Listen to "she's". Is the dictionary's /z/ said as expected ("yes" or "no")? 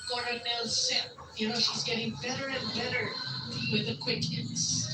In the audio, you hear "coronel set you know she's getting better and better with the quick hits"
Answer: yes